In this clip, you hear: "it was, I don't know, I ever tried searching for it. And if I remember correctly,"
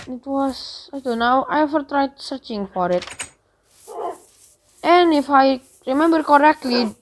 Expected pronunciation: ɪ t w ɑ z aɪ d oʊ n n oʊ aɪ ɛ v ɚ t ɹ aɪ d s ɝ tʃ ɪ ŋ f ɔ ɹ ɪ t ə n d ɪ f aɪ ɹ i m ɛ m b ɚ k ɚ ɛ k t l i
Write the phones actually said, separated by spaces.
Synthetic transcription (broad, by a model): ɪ t w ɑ s aɪ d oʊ n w aɪ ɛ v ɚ t ɹ aɪ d s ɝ tʃ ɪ ŋ f ɔ ɹ ɪ t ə n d ɪ f aɪ ɹ i m ɛ m b ɚ k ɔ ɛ k t l i